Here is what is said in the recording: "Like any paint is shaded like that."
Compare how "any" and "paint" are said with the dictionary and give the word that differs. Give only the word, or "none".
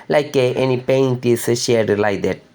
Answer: none